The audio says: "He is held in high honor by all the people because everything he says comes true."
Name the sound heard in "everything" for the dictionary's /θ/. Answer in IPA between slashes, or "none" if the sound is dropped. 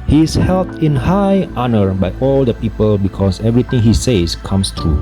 /t/